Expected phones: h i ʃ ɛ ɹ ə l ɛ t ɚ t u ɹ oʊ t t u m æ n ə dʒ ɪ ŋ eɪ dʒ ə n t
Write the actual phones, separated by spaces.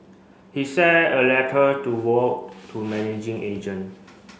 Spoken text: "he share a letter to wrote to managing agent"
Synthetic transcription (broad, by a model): h i s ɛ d ə l ɛ t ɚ t u w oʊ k t u m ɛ n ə dʒ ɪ ŋ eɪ dʒ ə n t